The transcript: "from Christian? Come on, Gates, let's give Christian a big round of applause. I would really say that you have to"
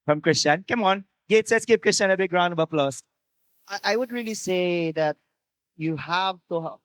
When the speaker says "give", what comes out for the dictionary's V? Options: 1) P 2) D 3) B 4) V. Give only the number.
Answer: 1